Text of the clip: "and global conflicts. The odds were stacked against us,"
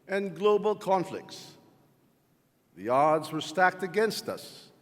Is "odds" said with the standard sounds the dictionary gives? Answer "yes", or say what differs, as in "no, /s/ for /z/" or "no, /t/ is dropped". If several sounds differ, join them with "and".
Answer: yes